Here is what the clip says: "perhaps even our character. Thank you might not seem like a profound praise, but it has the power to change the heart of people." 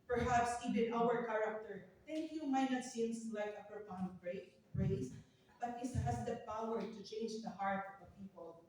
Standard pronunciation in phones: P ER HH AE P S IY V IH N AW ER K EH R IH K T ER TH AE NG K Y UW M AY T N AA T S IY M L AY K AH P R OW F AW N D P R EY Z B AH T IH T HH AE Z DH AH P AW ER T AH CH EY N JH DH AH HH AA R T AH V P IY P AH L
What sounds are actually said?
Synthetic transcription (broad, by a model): P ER HH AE P S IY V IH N AW ER K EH R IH K T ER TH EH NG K Y UW M AY T N AA T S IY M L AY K AH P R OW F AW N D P R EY S B AH T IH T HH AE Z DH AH P AW ER T AH CH EY N JH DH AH HH AA R T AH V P IY P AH L